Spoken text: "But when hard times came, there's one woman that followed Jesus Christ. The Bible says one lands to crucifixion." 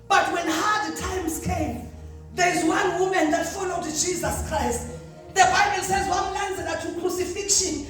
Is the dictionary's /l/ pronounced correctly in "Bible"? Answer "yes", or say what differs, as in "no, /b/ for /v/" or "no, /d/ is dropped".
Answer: yes